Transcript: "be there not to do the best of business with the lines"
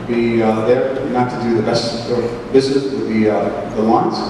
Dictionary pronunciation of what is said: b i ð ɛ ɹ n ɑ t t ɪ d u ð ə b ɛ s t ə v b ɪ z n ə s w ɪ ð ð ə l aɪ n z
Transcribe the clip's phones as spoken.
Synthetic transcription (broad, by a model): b i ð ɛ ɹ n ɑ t t ɪ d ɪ ð ə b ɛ s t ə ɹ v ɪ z ə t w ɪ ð ð ə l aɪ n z